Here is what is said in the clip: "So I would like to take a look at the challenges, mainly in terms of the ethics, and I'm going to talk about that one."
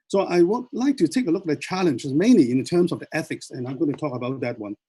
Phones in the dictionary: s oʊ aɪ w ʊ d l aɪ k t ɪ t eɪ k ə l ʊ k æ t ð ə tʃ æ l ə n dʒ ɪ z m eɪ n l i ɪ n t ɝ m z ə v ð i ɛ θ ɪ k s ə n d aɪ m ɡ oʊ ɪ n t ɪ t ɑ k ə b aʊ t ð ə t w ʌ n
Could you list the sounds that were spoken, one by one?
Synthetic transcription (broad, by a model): s oʊ aɪ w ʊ l aɪ k t ɪ t eɪ k ə l ʊ k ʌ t ð ə tʃ æ l ə n dʒ ɪ z m eɪ n l i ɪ n t ɝ m z ə v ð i ɛ θ ɪ k s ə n aɪ m ɡ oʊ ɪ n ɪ t ɑ k ə b aʊ t ð ə t w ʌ n